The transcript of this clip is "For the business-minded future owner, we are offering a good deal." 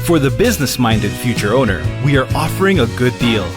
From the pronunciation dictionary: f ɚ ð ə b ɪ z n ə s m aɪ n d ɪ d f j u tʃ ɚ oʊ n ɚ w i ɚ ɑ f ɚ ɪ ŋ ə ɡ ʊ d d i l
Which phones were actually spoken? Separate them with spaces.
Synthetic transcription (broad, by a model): f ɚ ð ə b ɪ z n ə s m aɪ n d ɪ d f j u tʃ ɚ oʊ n ɚ w i ɚ ɑ f ɚ ɪ ŋ ə ɡ ʊ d d i l